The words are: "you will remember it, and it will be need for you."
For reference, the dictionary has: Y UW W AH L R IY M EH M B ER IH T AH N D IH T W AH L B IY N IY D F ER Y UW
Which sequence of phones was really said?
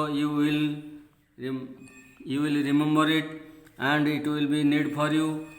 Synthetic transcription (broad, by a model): Y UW W AH L R IY M EH M B ER IH T AH N D IH T W AH L B IY N IY D P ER Y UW